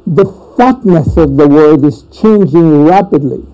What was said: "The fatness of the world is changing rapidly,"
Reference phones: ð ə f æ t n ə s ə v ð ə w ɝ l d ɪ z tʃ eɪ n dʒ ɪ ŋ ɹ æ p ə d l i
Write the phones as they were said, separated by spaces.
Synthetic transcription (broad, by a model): ð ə f æ t n ə s ə v ð ə w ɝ d ɪ z tʃ eɪ n dʒ ɪ ŋ ɹ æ p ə d l i